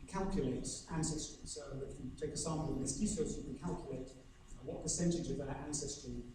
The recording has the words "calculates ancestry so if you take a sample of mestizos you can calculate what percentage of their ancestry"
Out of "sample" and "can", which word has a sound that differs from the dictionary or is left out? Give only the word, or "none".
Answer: sample